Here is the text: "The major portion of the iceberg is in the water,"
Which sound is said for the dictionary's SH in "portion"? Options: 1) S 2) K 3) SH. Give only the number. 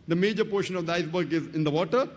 3